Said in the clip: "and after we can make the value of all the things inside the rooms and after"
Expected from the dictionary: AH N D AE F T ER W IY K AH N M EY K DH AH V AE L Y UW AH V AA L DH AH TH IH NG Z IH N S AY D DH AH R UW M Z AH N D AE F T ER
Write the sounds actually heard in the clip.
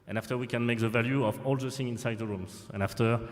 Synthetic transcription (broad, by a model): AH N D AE F T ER W IY K AH N M EY K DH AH V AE L Y UW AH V AA L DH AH S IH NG IH N S AY D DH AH R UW M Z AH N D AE F T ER